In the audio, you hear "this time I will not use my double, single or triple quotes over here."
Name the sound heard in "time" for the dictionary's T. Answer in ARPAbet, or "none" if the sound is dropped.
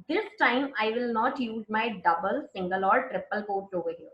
T